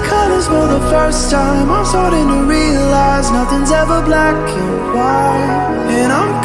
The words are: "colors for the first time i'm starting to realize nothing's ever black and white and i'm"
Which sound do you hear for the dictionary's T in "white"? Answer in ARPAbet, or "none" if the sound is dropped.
none